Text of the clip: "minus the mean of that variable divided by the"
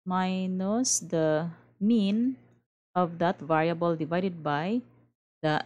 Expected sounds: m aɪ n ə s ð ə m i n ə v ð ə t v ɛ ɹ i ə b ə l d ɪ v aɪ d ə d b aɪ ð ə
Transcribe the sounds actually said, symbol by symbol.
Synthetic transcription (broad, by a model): m aɪ n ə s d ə m i n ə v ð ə t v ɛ ɹ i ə b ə l d ɪ v aɪ d ə d b aɪ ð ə